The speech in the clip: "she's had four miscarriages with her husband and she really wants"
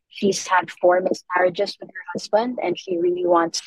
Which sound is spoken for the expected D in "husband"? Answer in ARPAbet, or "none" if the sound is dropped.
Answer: D